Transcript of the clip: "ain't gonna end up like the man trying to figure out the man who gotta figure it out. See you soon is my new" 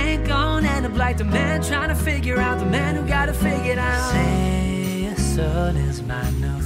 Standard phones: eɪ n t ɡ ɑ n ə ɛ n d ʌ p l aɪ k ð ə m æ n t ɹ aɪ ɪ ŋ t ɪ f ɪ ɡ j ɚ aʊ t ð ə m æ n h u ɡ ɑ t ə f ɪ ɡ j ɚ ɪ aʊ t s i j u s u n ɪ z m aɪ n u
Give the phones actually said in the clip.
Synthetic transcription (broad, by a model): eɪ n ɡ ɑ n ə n ʌ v l aɪ k ð ə m æ n t ɹ aɪ ɪ ŋ t ɪ f ɪ ɡ j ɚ aʊ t ð ə m æ n h u ɡ ɑ t ə f ɪ ɡ j ɚ ɪ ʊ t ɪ s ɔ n ɪ z m aɪ n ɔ